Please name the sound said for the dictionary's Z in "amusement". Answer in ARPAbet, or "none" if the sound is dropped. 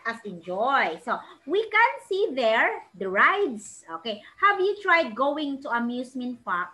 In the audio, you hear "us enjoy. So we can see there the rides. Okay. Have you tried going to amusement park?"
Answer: S